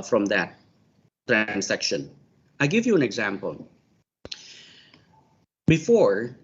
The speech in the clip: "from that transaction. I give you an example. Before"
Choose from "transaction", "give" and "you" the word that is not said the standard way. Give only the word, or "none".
transaction